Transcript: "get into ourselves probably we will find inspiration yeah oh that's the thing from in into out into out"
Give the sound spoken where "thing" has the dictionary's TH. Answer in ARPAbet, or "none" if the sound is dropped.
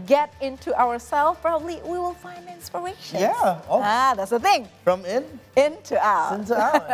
TH